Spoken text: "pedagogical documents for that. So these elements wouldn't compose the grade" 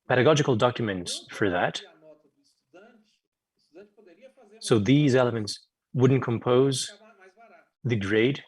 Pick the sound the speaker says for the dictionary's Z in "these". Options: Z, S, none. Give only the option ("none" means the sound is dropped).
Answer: Z